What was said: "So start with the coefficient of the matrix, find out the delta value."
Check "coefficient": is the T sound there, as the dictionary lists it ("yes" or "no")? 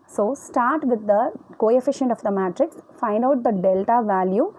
yes